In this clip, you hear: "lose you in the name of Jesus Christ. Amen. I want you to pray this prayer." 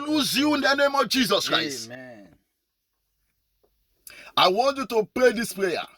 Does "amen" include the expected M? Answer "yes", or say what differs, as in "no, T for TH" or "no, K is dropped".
no, M is dropped